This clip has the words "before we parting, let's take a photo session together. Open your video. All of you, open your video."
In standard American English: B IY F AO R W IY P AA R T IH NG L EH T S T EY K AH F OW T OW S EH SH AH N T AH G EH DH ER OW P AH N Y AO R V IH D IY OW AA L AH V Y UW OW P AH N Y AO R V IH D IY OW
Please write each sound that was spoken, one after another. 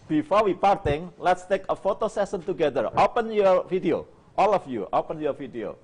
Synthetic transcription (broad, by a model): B IY F AO R W IY P AA R T IH NG L EH T S T EY K AH F OW T OW S EH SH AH N T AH G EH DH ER OW P AH N Y AO R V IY D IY OW AA L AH F Y UW OW P AH N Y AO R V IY D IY OW